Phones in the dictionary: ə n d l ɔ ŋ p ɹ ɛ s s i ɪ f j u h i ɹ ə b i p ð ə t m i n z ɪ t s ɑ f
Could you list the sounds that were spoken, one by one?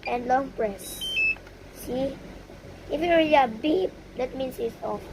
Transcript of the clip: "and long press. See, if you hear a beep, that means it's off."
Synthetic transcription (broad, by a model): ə n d l ɔ ŋ p ɹ ɛ s s i ɪ f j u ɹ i l ə b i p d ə t m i n s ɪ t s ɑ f